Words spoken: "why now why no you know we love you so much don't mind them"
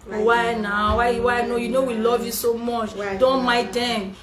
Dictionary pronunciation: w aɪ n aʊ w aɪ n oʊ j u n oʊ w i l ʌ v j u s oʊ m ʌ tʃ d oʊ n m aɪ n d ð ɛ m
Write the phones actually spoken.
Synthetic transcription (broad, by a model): w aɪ n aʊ w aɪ n oʊ j u n oʊ w i l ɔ v j u s oʊ m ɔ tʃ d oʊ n m aɪ d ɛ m